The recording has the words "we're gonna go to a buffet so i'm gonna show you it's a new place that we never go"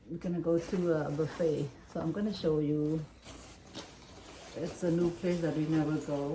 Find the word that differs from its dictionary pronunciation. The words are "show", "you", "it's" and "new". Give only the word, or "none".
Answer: none